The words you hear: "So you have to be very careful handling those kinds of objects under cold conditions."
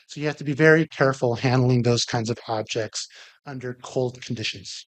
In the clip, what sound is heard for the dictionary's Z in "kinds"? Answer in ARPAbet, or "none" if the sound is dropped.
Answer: Z